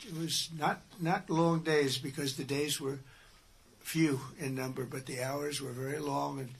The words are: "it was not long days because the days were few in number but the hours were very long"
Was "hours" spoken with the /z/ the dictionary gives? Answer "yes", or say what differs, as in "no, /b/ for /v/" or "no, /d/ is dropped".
yes